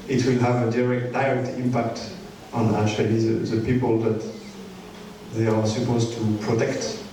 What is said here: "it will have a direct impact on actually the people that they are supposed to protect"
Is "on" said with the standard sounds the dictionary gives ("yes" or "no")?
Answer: yes